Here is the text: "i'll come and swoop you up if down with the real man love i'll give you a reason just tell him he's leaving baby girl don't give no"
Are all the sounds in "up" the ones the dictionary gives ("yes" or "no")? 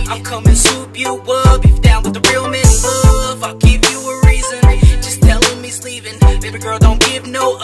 no